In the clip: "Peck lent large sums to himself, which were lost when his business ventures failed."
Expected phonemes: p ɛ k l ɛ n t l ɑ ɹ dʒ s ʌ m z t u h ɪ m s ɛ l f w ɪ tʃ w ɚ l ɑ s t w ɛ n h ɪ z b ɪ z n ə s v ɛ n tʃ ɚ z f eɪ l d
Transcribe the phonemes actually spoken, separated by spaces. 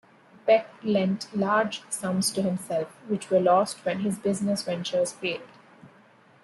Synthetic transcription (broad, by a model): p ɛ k l ɛ n t l ɑ ɹ dʒ s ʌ m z t u h ɪ m s ɛ l f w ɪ tʃ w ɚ l ɑ s t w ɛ n h ɪ z b ɪ z n ə s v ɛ n tʃ ɚ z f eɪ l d